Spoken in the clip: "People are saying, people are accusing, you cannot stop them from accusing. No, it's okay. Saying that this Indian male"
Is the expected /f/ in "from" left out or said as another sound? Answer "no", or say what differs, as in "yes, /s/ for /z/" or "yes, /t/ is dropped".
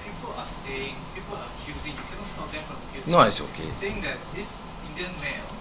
yes, /p/ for /f/